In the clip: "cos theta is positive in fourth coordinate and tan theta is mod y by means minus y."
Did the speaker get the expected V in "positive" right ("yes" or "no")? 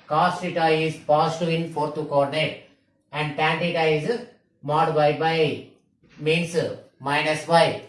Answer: no